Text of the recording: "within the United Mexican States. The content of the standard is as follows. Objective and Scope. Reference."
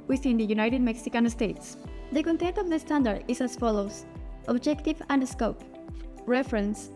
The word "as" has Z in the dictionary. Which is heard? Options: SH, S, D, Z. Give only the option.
S